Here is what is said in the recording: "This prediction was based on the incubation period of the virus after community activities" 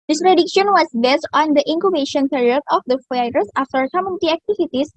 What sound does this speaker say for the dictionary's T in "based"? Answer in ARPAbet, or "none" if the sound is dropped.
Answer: T